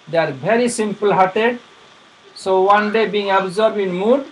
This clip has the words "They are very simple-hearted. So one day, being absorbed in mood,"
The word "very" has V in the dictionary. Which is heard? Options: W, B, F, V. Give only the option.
B